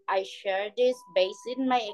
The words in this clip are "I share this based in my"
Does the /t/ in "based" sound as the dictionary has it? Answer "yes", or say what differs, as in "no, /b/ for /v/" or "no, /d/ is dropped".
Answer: no, /t/ is dropped